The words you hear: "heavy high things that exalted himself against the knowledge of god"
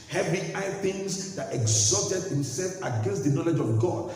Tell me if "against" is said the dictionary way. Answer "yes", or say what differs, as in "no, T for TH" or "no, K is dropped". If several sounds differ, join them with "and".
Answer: yes